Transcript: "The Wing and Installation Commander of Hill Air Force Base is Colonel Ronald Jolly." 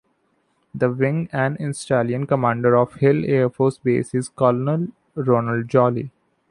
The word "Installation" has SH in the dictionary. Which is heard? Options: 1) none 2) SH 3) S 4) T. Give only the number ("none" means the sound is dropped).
1